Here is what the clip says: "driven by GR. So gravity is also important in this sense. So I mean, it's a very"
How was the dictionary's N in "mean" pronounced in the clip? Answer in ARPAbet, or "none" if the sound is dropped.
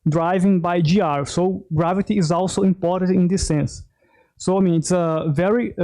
N